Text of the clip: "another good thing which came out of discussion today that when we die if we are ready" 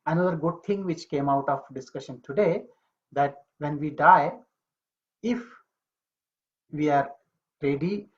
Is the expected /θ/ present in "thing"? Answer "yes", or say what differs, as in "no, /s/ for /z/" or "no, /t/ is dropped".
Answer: no, /t/ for /θ/